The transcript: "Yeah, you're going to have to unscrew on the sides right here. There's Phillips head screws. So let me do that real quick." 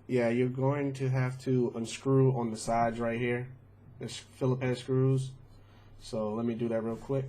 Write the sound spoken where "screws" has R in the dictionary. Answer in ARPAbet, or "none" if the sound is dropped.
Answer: R